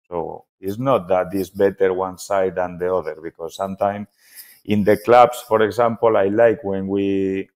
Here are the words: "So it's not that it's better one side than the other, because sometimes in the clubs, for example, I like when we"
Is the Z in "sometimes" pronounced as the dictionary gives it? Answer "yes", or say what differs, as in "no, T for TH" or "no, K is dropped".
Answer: no, Z is dropped